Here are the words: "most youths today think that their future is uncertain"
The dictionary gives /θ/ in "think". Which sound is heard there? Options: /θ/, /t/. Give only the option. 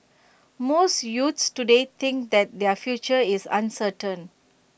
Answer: /t/